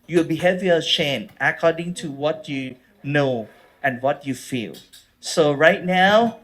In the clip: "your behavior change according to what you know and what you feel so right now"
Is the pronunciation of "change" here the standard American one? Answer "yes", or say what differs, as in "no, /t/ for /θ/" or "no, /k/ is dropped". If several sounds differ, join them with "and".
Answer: no, /dʒ/ is dropped